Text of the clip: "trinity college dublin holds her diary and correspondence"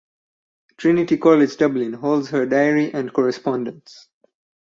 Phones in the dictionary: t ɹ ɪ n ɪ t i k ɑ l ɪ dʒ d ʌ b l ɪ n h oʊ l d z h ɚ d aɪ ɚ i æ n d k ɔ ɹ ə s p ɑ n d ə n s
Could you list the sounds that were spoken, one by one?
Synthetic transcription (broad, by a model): t ɹ ɪ n ɪ t i k ɑ l ɪ dʒ d ʌ b l ɪ n h oʊ l d z h ɚ d aɪ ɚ i æ n d k ɔ ɹ ə s p ɑ n d ə n s